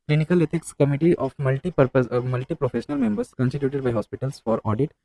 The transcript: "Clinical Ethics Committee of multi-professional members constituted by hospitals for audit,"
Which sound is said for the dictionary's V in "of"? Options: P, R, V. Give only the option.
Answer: P